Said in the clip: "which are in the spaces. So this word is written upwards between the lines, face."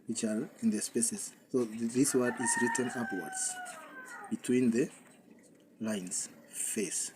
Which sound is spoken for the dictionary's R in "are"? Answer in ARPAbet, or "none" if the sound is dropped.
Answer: L